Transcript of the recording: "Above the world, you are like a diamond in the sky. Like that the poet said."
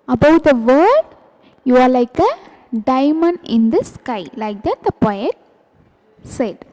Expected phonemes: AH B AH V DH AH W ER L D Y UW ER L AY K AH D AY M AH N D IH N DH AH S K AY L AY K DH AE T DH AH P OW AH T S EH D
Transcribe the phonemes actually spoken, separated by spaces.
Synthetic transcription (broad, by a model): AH B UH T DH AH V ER D Y UW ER L AY K AH D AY M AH N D IH N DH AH S K AY L AY K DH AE T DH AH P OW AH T S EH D